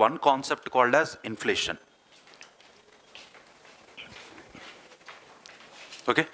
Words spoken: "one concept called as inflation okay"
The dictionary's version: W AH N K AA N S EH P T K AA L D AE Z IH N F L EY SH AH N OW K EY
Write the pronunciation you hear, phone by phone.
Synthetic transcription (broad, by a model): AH N K AA N S EH P T K AA L D AE Z IH N F L EY SH AH N OW K EY